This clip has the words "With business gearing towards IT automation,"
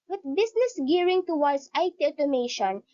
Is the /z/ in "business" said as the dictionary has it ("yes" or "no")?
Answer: no